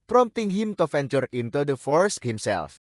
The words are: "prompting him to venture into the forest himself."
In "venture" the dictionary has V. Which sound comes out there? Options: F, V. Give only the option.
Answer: F